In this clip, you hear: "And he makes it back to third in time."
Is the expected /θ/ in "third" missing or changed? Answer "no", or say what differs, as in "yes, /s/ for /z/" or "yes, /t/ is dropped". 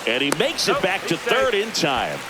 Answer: no